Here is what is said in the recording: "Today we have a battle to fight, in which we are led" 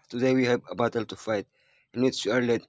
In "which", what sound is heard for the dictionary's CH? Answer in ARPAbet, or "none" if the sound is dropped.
S